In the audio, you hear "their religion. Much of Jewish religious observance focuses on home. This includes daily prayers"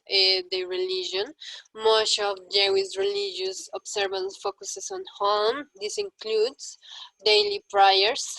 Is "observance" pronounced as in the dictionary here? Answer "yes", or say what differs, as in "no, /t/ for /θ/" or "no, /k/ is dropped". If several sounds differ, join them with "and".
no, /s/ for /z/